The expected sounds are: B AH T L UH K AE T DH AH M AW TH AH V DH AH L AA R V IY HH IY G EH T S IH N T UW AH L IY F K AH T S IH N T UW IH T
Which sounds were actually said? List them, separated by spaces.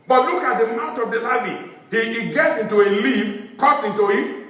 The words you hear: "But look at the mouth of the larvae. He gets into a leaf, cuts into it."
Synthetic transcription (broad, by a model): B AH T L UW K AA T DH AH M AW T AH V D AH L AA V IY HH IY G EH T S IH N T UW AH L IY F K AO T S IH N T UW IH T